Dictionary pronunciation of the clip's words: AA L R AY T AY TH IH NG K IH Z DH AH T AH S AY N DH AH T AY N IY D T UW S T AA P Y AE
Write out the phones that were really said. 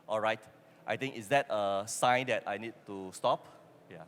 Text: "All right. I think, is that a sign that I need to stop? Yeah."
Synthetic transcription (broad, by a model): AA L R AY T AY T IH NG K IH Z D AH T AH S AY N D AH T AY N IY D T UW S T AA P Y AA